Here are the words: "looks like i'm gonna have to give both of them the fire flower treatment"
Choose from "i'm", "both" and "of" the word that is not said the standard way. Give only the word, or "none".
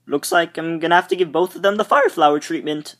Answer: none